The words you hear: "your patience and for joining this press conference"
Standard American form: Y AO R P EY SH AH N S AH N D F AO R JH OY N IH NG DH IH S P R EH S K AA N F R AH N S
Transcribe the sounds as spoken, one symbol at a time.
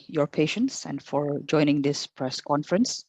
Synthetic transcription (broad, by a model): Y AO R P EY SH AH N S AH N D F AO R JH OY N IH NG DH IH S P R EH S K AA N F R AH N S